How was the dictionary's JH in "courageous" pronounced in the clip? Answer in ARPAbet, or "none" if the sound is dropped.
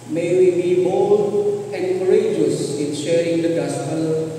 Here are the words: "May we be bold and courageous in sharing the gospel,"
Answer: JH